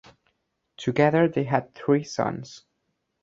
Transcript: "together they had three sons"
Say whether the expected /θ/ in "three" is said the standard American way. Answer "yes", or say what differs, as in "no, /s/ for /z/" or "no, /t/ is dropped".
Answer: yes